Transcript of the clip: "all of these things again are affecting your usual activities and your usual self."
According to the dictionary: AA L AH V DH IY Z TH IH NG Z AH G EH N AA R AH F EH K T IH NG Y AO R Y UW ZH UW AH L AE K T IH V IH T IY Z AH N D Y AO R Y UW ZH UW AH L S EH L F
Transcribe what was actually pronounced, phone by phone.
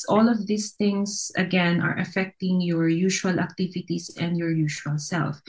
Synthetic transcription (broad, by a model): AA L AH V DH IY S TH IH NG S AH G EH N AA R AH F EH K T IH NG Y AO R Y UW SH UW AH L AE K T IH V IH T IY S AH N D Y AO R Y UW SH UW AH L S EH L F